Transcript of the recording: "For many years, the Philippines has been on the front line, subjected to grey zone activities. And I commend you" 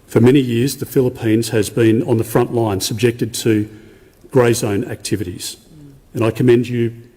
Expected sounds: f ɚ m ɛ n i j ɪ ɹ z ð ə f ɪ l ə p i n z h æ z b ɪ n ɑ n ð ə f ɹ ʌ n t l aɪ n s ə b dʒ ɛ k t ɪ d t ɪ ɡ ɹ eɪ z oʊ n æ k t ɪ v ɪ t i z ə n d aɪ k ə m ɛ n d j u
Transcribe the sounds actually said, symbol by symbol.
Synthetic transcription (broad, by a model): f ɚ m ɛ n i j ɪ ɹ z ð ə f ɪ l ə p i n z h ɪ z b ɪ n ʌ n ð ə f ɹ ʌ n t l aɪ n s ə b dʒ ɛ k t ɪ d t ɪ ɡ ɹ eɪ z oʊ n æ k t ɪ v ɪ t i z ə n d aɪ k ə m ɛ n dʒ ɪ